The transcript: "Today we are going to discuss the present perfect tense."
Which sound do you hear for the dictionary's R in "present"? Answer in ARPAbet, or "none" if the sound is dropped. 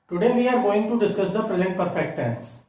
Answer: R